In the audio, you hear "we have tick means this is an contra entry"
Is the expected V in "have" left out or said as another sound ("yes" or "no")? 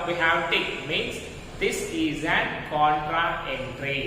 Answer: yes